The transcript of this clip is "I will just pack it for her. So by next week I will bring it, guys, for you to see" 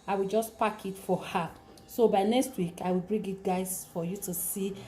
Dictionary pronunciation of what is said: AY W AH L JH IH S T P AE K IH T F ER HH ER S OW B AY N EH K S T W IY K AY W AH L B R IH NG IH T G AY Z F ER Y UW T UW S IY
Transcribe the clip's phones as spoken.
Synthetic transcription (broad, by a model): AY W AH L JH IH S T P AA K IH T F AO HH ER S OW B AY N EH K S T W IY K AY W AH L B R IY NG IH T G AY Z F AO Y UW T UW S IY